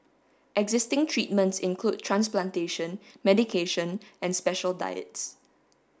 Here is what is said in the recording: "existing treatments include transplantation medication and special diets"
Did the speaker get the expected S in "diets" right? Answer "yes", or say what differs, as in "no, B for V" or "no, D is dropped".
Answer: yes